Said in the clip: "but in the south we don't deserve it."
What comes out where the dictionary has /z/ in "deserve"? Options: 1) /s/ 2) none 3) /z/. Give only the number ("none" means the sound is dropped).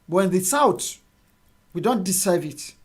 1